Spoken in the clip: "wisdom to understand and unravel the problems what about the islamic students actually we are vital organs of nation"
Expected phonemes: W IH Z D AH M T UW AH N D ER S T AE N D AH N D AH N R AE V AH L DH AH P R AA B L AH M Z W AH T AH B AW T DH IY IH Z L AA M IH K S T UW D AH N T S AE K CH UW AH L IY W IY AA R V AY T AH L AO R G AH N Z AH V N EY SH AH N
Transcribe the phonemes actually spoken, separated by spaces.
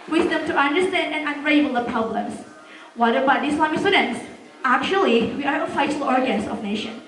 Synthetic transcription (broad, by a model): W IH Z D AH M T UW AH N D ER S T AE N D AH N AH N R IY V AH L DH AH P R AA B L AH M S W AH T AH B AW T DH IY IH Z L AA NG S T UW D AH N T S AE K CH UW AH L IY W IY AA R F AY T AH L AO R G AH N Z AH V N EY SH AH N